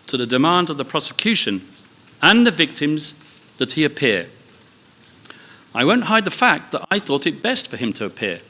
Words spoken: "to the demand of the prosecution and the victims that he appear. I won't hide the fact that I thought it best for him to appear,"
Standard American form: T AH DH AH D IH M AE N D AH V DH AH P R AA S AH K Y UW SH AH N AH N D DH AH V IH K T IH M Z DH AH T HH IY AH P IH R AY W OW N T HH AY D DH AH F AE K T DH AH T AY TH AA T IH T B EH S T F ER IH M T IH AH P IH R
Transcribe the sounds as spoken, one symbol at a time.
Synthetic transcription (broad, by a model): T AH DH AH D IH M AE N D AH V DH AH P R AA S AH K Y UW SH AH N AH N DH AH V IH K T IH M Z DH AH T HH IY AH P IH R AY W OW N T HH AY D DH AH F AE K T DH AH T AY TH AA T IH T B EH S T F ER IH M T IH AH P IH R